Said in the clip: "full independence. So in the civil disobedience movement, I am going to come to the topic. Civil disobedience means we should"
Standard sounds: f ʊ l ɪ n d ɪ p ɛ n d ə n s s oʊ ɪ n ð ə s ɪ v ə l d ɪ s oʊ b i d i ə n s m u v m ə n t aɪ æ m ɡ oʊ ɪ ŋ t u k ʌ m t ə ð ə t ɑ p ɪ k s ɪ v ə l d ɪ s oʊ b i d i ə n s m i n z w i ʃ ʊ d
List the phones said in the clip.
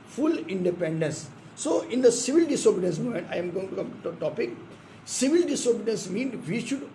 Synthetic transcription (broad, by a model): f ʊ l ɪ n d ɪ p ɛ n d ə n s s oʊ ɪ n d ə s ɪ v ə l d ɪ s oʊ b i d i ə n s m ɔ m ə n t aɪ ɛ m ɡ oʊ ɪ ŋ t u k ʌ m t t ɑ p ɪ k s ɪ v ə l d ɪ s oʊ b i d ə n s m i n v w i ʃ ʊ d